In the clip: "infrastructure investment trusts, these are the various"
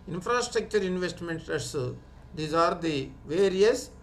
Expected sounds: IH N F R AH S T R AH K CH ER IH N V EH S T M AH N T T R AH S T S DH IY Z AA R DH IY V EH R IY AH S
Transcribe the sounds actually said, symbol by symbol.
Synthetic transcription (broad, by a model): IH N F R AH S T R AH K CH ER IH N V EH S T M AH N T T AH T S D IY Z AA R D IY V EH R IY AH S